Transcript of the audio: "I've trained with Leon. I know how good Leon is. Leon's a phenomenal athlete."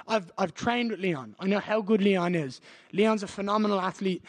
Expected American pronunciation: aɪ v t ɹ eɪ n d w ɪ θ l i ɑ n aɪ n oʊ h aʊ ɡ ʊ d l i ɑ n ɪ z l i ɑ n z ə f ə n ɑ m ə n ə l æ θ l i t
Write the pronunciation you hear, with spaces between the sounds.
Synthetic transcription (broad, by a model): aɪ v t ɹ eɪ n d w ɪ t l i ɑ n aɪ n oʊ h aʊ ɡ ʊ d l i ɑ n ɪ z l i ɑ n z ə f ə n ɑ m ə n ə l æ θ l i t